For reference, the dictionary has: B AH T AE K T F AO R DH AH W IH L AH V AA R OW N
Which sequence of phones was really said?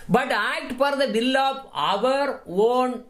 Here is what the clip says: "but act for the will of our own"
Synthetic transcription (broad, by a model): B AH T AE K T F AO R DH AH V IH L AH V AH R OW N